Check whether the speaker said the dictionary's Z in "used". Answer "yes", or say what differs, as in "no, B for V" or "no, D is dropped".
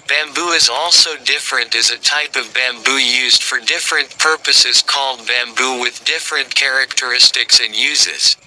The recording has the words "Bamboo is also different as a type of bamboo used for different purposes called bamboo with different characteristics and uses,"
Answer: yes